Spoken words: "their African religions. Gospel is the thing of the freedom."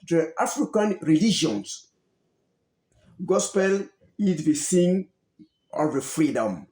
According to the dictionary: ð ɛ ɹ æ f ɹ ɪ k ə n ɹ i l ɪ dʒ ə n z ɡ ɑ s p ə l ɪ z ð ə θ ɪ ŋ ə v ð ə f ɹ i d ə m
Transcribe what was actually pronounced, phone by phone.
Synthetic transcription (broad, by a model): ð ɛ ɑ f ɹ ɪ k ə n ɹ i l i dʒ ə n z ɡ ɑ s p ə l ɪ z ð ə s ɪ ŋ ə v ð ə f ɹ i d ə m